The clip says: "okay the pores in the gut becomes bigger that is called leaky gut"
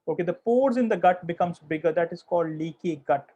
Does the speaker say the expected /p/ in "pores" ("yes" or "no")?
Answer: yes